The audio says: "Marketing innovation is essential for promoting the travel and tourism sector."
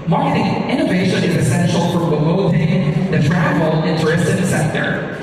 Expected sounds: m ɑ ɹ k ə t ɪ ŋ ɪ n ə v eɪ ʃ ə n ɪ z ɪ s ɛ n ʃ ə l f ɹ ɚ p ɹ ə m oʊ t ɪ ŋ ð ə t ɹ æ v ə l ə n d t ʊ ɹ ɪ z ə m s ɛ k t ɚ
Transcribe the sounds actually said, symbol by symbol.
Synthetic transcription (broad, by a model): m ɑ ɹ k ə t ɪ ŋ ɪ n ə v eɪ ʃ ə n ɪ z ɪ s ɛ n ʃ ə l p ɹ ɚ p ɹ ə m oʊ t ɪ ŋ ð ə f ɹ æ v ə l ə n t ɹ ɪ s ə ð s ɛ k t ɚ